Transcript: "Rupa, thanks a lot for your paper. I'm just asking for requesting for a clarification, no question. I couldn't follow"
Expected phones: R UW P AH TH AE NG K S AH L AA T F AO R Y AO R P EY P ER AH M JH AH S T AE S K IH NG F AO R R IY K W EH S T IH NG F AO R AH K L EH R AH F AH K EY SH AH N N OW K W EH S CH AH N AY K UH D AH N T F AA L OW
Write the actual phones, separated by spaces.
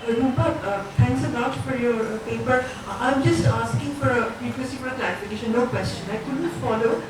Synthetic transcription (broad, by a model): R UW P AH T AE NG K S AH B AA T F AO R Y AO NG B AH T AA AH M JH AH S T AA S K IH NG F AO R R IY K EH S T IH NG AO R AH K L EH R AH F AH K EY SH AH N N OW K W EH S CH AH N AY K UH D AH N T F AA L OW